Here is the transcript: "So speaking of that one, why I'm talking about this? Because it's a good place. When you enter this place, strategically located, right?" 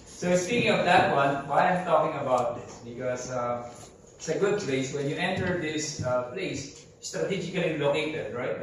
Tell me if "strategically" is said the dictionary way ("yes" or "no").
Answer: no